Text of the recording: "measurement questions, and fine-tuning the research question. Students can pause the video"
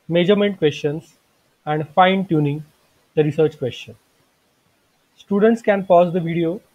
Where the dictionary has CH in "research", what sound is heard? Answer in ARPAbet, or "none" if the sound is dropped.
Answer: CH